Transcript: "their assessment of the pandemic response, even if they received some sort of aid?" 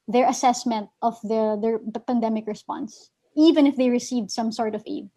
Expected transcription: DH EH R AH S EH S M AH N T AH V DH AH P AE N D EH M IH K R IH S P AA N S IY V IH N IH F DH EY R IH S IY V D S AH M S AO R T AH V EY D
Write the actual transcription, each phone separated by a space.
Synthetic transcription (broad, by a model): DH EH R AH S EH S M AH N T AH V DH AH P AE N D EH M IH K R IH S P AA N S IY V IH N IH F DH EY R IH S IY V D S AH M S AO R T AH V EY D